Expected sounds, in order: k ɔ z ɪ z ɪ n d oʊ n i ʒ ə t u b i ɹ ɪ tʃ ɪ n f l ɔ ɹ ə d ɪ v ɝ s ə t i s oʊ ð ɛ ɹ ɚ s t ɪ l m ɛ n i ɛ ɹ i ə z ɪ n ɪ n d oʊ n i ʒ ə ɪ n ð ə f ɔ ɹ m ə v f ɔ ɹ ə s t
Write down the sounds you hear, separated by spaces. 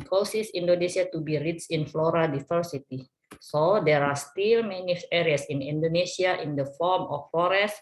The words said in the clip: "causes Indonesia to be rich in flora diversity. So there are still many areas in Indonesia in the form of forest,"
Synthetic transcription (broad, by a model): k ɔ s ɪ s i n d oʊ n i s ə t u b i ɹ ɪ s ɪ n f l ɔ ɹ ə d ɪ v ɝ s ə t i s oʊ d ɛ ɹ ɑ s t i l m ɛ n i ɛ ɹ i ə s ɪ n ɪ n d oʊ n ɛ s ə ɪ n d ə f ɔ ɹ m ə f ɔ ɹ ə s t